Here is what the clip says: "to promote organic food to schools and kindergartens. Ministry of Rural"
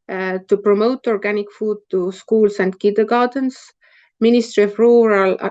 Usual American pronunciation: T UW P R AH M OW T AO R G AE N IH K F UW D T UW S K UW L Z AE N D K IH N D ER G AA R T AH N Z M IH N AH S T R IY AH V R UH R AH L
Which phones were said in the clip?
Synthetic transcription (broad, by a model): T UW P R AH M OW T AO R G AE N IH K F UW D T UW S K UW L S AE N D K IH D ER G AA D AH N S M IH N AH S T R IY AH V R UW R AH L